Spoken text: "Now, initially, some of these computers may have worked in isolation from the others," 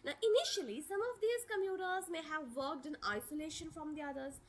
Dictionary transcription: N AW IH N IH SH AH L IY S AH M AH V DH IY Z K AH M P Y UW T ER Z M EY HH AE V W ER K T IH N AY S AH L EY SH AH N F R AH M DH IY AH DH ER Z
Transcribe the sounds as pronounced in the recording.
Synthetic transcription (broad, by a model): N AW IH N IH SH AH L IY S AH M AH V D IY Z K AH M Y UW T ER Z M EY HH AE V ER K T IH N AY S AH L EY SH AH N F R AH M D IY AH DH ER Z